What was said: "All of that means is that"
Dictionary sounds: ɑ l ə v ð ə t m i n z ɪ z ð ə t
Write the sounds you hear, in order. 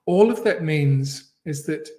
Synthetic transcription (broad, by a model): ɑ l ə v ð ə t m i n z ɪ z ð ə t